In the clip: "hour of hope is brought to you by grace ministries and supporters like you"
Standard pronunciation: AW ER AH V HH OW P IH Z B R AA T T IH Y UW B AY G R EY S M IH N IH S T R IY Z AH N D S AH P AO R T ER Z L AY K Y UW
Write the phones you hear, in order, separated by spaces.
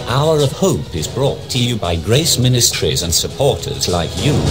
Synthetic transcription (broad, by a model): AW ER AH V HH OW P IH Z B R AA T T IH Y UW B AY G R EY S M IH N IH S T R IY Z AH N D S AH P AO R T ER Z L AY K Y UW